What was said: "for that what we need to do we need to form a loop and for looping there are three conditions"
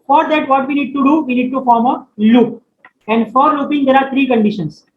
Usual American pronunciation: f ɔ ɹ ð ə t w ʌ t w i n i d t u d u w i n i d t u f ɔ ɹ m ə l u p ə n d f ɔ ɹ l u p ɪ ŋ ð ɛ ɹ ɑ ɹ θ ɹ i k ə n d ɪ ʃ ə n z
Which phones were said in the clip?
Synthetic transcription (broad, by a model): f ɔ ɹ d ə t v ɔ t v i n i d t u d u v i n i d t u f ɔ ɹ m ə l u p ə n d f ɔ ɹ l u p ɪ ŋ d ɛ ɹ ɑ ɹ t ɹ i k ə n d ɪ ʃ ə n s